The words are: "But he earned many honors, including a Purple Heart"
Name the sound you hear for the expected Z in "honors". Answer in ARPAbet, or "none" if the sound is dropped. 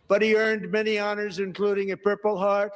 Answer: Z